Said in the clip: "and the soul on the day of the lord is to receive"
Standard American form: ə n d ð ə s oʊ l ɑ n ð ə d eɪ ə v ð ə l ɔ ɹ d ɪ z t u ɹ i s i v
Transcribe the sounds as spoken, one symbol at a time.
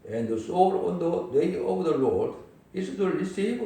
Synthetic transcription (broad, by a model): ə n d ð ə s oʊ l ɑ n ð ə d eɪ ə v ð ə l ɔ ɹ d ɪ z t u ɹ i s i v